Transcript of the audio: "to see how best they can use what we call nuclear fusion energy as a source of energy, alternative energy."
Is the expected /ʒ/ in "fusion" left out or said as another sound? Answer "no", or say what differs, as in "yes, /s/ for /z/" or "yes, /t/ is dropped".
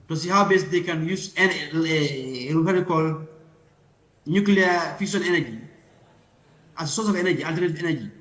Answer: yes, /s/ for /ʒ/